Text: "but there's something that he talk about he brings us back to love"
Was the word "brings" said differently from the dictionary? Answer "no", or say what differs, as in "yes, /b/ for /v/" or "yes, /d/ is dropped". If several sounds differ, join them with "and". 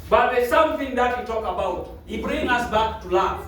yes, /z/ is dropped